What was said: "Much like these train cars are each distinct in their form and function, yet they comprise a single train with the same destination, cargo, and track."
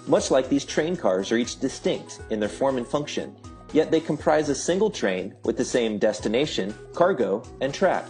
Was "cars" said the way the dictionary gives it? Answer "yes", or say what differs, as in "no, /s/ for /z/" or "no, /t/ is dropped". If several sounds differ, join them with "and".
yes